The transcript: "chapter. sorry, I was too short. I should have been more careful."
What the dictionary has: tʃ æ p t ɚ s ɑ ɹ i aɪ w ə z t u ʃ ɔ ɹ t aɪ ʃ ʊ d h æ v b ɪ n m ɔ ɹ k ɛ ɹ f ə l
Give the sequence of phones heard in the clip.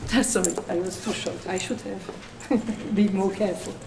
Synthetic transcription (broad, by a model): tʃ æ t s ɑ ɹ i aɪ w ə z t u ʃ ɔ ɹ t aɪ ʃ ʊ d h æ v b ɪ m ɔ ɹ k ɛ ɹ f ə l